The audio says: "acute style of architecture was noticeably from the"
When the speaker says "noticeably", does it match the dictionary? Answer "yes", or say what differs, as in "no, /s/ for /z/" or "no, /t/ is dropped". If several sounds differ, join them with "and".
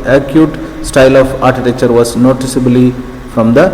yes